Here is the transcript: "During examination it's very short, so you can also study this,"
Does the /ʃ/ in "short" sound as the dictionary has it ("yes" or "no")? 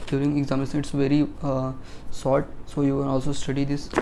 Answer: no